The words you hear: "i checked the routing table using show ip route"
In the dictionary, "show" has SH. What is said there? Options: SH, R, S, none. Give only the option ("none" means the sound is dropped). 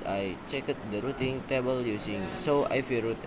S